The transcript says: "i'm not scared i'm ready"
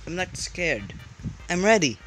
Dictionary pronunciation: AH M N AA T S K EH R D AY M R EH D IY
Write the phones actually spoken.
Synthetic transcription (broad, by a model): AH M L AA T S K EH R D AY M R EH D IY